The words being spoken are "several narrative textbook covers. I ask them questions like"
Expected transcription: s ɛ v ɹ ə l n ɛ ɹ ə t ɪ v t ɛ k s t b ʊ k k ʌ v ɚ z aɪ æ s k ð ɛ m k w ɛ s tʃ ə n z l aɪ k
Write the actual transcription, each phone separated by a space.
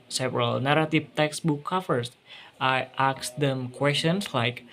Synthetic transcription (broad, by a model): s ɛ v ɹ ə l n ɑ ɹ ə t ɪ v t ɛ k s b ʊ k k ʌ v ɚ s aɪ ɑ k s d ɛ m k w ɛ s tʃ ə n s l aɪ k